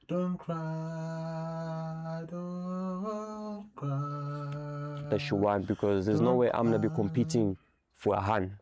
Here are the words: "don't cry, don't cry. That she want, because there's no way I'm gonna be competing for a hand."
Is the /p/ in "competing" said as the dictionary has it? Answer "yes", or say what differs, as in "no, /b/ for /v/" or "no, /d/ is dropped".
yes